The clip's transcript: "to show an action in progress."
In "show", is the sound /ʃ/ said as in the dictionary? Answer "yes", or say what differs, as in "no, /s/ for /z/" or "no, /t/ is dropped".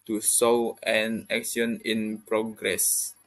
no, /s/ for /ʃ/